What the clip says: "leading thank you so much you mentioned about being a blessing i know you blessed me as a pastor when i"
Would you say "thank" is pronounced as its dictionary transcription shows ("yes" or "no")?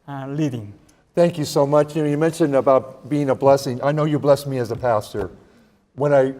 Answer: yes